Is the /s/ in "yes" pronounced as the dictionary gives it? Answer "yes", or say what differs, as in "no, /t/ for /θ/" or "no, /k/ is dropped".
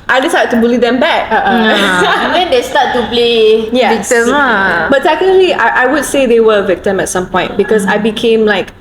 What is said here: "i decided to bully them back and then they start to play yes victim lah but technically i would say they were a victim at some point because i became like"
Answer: no, /s/ is dropped